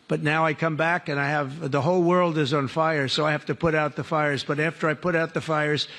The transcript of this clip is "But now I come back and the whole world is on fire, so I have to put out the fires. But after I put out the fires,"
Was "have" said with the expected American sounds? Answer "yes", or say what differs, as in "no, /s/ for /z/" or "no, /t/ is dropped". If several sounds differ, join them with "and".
no, /f/ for /v/